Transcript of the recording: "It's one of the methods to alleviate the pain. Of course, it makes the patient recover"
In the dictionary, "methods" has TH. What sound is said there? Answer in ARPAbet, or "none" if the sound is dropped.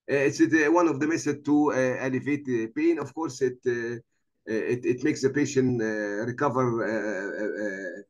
S